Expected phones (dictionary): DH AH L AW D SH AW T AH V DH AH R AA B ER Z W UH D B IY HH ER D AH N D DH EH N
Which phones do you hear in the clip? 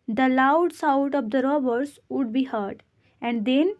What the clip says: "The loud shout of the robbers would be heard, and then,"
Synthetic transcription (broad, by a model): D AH L AW D S AW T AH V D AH R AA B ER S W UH D B IY HH ER D AH N D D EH N